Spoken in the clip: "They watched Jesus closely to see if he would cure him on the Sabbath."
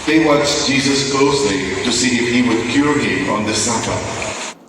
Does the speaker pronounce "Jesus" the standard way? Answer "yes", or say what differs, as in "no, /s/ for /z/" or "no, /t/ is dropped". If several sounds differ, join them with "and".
yes